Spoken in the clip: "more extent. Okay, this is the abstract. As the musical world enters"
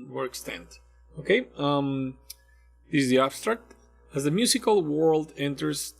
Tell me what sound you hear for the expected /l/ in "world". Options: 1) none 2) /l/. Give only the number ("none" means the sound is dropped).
2